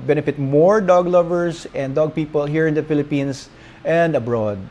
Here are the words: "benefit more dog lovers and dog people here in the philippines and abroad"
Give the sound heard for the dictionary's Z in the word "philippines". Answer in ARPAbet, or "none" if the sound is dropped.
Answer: S